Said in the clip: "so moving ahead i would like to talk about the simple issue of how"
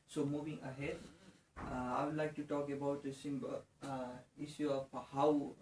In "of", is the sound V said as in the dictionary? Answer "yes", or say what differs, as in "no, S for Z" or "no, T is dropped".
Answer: no, P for V